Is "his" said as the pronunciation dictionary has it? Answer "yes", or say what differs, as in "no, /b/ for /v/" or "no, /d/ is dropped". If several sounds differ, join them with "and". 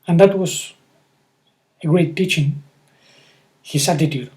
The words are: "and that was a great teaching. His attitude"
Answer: no, /s/ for /z/